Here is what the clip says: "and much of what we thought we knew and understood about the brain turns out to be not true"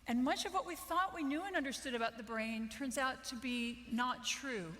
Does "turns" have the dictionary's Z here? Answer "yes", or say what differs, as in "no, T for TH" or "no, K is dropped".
yes